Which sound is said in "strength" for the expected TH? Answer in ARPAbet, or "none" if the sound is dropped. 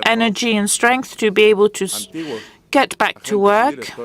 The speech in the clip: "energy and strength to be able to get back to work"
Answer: TH